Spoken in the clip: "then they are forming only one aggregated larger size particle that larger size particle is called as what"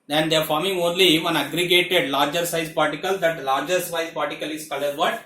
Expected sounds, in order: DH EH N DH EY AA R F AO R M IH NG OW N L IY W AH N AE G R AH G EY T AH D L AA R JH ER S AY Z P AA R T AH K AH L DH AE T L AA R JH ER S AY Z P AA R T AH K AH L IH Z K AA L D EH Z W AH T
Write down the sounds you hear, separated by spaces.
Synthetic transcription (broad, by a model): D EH N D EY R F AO R M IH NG OW N L IY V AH N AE G R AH G EY T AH D L AA R JH ER S AY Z P AA R T AH K AH L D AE T L AA R JH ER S AY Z P AA R T AH K AH L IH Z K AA L AH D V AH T